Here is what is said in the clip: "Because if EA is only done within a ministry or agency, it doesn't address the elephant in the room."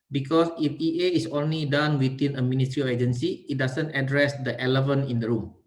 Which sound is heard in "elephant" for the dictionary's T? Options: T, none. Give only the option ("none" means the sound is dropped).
none